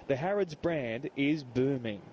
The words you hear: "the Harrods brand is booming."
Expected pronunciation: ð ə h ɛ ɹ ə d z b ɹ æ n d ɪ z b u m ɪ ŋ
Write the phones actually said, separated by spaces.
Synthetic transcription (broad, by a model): ð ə h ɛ ɹ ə d z b ɹ æ n d ɪ z b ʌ m ɪ ŋ